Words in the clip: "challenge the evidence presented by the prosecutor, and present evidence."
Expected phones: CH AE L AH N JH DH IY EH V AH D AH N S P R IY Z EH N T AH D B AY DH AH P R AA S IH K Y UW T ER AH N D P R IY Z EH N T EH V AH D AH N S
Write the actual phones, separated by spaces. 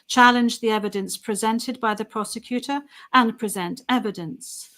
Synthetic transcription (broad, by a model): CH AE L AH N JH DH IY EH V AH D AH N S P R IY Z EH N T AH D B AY DH AH P R AA S IH K Y UW T ER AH N P R IY Z EH N T EH V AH D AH N S